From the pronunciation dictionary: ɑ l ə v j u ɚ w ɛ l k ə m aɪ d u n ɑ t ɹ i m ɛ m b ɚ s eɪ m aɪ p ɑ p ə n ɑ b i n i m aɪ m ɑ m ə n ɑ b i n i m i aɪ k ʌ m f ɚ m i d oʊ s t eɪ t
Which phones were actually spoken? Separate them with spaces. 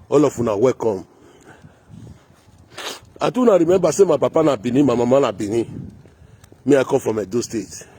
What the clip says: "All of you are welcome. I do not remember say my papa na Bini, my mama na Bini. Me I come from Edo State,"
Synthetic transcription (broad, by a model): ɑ l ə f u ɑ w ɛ k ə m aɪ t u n ɑ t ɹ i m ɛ b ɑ s eɪ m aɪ p ɑ p ə n ɑ b i n i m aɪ m ɑ m ə n ɑ b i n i m i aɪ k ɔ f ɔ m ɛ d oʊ s t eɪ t